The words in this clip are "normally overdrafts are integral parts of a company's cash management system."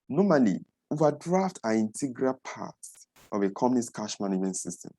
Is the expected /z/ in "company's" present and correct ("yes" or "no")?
no